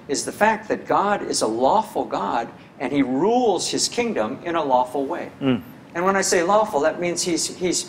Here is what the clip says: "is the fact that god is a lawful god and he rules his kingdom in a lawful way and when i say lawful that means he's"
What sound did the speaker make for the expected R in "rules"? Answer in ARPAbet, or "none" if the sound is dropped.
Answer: R